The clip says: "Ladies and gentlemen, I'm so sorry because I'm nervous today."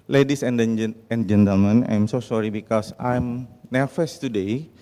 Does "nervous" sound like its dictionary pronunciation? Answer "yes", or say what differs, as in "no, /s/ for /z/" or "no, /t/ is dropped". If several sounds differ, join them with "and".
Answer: no, /f/ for /v/